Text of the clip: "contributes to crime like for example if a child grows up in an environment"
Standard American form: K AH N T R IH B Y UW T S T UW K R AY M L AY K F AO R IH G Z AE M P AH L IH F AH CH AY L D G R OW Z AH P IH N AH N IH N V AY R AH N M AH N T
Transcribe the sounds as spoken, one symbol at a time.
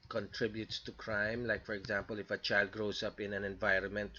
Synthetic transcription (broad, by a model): K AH N T R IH B Y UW T S T UW K R AY M L AY K F AO R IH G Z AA M P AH L IH F AH CH AY L D G R OW S AH P IH N AH N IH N V AY R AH N M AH N T